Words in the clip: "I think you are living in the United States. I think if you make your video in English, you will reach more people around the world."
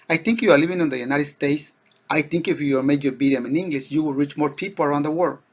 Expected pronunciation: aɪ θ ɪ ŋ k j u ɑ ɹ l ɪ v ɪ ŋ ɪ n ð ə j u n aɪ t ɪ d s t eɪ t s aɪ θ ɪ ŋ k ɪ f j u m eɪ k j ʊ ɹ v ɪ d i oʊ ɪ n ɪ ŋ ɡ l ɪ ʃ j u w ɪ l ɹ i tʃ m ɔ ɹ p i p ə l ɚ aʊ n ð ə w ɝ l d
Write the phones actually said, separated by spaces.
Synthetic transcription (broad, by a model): aɪ θ ɪ ŋ k j u ɑ ɹ l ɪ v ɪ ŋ ɪ n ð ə j u n aɪ t ɪ d s t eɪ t s aɪ θ ɪ ŋ k ɪ f j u m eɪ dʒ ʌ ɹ b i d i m ɪ n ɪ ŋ ɡ l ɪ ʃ j u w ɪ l ɹ i tʃ m ɔ ɹ p i p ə l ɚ aʊ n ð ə w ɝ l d